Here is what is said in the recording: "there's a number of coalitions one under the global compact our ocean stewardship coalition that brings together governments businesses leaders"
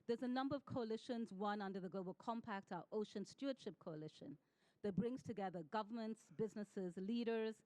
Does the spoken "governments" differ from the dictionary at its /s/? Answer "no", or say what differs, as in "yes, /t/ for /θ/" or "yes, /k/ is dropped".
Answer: no